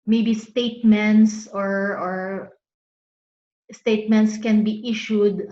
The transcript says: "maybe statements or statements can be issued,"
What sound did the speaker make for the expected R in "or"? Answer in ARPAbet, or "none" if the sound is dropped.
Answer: R